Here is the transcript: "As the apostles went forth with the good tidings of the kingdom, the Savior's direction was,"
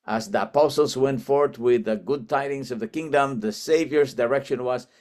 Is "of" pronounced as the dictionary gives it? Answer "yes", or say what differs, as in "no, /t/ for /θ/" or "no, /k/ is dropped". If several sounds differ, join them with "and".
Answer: yes